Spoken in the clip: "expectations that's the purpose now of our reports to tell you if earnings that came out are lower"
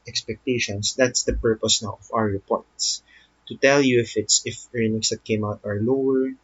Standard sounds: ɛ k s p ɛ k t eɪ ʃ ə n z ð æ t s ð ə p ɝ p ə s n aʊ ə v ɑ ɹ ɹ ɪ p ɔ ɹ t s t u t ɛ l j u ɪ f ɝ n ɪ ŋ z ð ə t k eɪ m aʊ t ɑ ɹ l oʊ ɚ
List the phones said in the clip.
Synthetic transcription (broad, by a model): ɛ k s p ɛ k t eɪ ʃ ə n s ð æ t s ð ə p ɝ p ə s n aʊ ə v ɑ w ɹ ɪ p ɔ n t s t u t ɛ l j u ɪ f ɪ n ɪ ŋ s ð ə t k eɪ m aʊ t ɑ ɹ l oʊ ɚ